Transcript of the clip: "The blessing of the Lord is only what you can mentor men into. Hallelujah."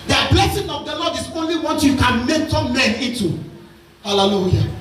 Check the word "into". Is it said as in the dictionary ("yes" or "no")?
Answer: no